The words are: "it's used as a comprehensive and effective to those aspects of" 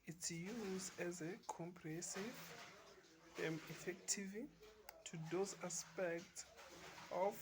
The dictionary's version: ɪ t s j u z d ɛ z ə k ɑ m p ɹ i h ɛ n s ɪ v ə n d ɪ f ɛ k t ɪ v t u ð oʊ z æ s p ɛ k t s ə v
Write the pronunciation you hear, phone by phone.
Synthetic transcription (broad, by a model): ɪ t s j u z d ɛ z ə k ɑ m p ɹ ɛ s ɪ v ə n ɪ f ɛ k t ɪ v t u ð oʊ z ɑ s p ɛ k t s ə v